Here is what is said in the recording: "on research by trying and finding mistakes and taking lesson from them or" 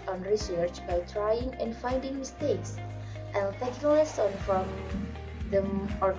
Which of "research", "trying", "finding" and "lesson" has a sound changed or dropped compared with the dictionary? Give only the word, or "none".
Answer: none